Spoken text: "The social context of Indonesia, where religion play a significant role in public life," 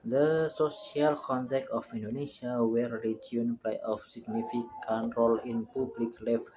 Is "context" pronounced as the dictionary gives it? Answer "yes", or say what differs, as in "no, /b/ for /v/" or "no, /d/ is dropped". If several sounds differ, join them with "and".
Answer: no, /s/ is dropped